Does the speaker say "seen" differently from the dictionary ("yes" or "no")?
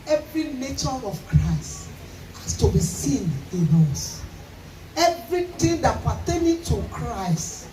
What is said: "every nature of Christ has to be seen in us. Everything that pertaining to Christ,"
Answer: no